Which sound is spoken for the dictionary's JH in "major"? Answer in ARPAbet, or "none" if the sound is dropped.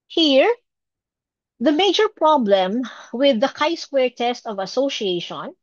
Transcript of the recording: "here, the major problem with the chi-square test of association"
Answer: JH